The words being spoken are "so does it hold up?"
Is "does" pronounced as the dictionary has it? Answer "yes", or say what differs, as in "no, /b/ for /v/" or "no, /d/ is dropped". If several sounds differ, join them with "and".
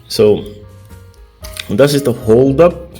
no, /s/ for /z/